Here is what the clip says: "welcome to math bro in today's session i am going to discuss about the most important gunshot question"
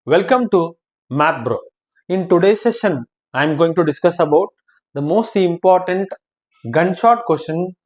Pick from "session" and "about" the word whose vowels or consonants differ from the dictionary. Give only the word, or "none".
none